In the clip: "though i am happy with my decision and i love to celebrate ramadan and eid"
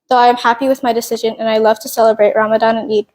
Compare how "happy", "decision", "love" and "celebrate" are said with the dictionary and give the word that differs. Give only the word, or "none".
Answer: none